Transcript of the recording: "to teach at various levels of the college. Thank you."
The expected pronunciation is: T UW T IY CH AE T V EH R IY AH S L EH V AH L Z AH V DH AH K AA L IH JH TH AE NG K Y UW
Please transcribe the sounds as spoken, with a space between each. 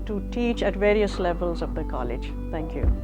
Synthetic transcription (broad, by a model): T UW T IY CH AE T V EH R IY AH S L EH V AH L Z AH V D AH K AA L IH JH T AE NG K Y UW